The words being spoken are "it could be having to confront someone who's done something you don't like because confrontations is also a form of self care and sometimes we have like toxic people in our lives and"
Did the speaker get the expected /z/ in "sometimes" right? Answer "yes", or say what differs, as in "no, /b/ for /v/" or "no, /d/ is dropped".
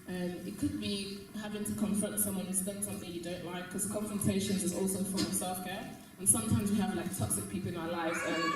yes